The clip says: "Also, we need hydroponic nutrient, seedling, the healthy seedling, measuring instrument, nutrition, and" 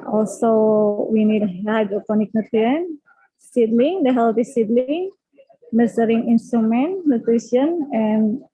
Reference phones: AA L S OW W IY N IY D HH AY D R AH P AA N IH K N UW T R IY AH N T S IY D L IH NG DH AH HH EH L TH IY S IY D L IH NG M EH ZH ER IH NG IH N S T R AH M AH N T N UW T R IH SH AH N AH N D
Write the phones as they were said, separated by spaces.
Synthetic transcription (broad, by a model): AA L S OW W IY N IY D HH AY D AH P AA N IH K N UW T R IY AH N S IY D L IH NG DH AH HH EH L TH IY S IY D L IH NG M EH S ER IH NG IH N S T R AH M AH N T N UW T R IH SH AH N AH N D